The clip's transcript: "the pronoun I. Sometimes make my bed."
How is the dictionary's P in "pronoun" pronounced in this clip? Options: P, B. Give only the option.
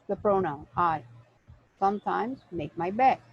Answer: P